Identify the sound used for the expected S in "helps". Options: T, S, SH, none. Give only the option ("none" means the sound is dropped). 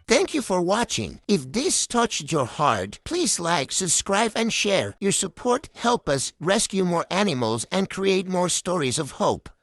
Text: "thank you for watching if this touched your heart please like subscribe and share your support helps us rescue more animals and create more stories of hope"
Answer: none